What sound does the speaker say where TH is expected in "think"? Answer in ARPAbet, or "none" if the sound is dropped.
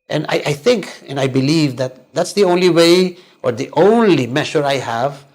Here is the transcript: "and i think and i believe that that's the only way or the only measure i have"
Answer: TH